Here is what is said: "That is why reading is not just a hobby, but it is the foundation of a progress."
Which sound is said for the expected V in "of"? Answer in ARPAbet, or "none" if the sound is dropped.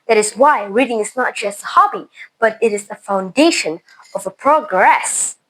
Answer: V